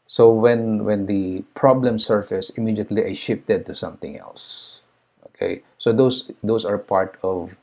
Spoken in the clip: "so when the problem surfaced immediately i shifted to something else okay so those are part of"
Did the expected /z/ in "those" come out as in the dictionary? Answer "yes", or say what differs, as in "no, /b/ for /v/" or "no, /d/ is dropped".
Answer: no, /s/ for /z/